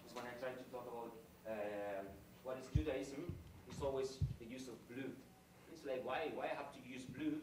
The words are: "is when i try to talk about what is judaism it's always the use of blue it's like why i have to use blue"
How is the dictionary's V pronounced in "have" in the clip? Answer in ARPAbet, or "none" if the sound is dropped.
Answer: F